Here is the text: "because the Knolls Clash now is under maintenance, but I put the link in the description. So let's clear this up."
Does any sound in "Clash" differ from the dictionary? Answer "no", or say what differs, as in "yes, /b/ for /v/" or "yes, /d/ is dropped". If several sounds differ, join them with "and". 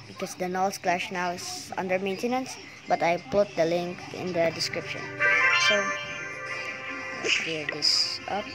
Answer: no